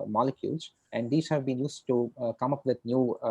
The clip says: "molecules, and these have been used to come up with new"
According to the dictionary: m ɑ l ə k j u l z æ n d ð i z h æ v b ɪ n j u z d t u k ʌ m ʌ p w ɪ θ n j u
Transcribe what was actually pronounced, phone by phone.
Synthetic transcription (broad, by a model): m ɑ l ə k j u l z æ n d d i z h æ v b ɪ n j u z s t u k ʌ m ʌ p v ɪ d n j u